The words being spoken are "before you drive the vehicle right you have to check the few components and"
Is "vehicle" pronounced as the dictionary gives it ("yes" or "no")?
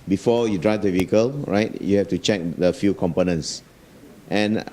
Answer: yes